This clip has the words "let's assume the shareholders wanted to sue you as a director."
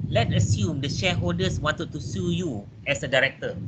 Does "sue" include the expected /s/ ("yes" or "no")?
yes